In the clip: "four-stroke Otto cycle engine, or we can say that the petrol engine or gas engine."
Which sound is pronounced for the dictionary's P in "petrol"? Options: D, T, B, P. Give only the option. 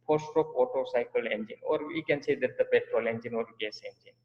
P